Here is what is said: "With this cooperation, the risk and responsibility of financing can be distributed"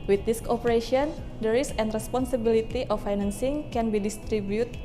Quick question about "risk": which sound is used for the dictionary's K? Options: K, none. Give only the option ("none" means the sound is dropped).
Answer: none